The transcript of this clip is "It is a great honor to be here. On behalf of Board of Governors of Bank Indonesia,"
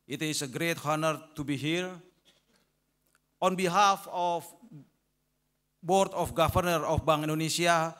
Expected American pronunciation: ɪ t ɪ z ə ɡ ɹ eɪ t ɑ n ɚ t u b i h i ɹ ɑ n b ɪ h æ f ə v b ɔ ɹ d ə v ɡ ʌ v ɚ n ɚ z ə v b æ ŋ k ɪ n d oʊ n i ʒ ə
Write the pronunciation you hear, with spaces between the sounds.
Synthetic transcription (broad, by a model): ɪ t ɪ s ə ɡ ɹ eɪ t ɑ n ɚ t u b i h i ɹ ɑ n b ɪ h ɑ f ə f b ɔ ɹ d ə f ɡ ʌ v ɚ n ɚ ə f b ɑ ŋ ɪ n d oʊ n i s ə